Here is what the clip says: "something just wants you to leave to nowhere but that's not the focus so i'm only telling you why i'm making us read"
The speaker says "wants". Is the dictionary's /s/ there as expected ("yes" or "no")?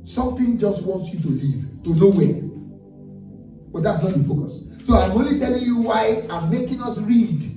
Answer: yes